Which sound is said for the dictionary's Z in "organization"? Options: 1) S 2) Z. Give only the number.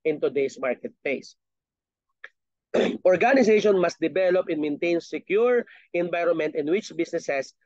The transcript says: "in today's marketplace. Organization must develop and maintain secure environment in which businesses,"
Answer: 1